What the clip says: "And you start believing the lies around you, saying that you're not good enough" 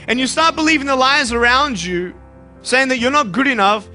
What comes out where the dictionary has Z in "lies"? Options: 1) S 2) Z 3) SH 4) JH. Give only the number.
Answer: 2